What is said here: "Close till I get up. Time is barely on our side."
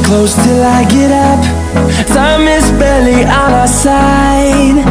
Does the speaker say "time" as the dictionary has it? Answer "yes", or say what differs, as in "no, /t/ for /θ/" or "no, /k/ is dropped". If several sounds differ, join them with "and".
no, /s/ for /t/